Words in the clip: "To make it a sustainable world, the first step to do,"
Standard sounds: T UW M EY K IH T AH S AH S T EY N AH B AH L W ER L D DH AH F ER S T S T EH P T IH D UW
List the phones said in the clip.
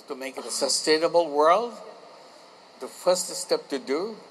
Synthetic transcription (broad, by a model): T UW M EY K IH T AH S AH S T EY N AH B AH L W ER L D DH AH F ER S T S T EH P T IH D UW